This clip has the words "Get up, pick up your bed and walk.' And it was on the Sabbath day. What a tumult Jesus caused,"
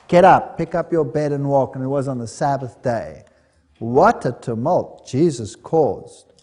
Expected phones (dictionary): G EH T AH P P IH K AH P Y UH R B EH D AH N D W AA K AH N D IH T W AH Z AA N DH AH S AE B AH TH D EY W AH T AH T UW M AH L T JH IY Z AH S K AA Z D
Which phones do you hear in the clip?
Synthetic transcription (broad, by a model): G EH T AH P P IH K AH P Y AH R B EH D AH N W AA K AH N IH T W AH Z N DH AH S AE B AH TH D EY W AH T AH T UW M AH L T JH IY Z AH S K AA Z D